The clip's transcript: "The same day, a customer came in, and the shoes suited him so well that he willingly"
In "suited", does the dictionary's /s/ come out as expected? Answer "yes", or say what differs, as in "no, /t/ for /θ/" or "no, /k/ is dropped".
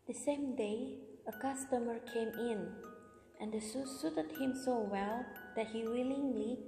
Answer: yes